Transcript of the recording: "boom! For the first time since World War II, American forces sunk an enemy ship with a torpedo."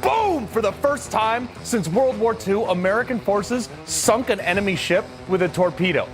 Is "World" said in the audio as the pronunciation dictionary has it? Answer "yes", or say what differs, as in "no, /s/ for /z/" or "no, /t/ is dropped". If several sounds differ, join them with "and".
yes